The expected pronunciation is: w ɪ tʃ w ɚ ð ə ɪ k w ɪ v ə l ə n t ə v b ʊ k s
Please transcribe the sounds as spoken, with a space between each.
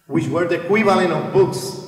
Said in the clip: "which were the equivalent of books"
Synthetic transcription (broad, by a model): w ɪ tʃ w ɚ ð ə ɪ k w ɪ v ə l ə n ə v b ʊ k s